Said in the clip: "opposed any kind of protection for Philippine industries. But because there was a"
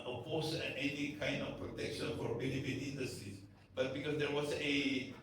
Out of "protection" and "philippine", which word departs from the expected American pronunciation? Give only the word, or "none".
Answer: philippine